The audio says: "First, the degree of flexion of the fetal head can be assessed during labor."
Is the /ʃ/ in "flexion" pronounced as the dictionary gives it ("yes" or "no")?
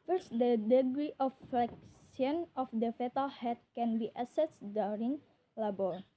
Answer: no